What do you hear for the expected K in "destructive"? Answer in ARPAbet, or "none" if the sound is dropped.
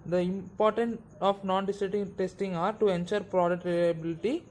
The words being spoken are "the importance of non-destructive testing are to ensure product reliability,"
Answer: none